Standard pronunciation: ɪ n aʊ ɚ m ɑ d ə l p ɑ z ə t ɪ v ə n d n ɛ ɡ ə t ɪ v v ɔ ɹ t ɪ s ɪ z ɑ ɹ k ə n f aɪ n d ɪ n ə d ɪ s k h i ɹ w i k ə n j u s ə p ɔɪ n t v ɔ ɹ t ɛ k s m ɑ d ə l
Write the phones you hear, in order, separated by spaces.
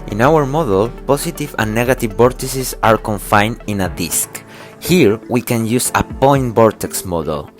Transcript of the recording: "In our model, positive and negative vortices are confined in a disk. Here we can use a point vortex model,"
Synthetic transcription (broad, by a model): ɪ n aʊ ɚ m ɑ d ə l p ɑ s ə t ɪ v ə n n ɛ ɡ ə t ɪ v b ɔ ɹ t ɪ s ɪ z ɑ ɹ k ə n f aɪ n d ɪ n ə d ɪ s k h i ɹ w i k ə n j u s ə p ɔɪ n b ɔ ɹ t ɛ k s m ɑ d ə l